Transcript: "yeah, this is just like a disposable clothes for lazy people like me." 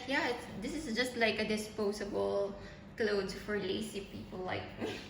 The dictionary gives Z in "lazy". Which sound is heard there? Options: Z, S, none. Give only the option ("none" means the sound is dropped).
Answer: S